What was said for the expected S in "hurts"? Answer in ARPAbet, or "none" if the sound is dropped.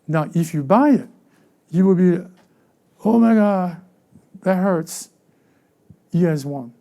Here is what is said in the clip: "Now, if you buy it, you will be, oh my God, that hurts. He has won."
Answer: S